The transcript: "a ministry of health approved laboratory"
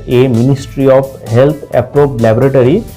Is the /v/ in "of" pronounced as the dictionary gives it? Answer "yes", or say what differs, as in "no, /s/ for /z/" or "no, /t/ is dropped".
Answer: no, /p/ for /v/